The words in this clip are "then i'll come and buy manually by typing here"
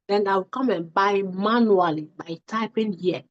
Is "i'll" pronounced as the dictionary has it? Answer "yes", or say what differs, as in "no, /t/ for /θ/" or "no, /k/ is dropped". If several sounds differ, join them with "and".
no, /w/ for /l/